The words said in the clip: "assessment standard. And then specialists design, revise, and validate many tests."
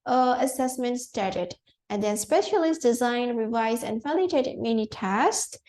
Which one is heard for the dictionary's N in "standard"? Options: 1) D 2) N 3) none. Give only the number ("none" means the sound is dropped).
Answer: 3